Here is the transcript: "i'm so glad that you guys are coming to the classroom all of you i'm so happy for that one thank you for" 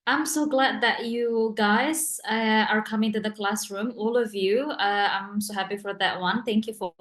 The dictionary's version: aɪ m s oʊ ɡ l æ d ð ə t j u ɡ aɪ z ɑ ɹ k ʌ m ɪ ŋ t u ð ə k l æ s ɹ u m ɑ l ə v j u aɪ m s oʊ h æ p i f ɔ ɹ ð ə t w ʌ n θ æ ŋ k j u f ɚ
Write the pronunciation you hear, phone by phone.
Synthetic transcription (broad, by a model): aɪ m s oʊ ɡ l æ d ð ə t j u ɡ aɪ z ɑ ɹ k ʌ m ɪ ŋ t u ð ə k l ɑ s ɹ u m ɑ l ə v j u aɪ m s oʊ h æ p i f ɔ ɹ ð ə t w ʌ n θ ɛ ŋ k j u f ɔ